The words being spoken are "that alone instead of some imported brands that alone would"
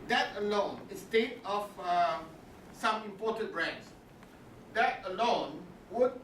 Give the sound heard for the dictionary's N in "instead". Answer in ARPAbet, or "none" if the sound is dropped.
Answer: none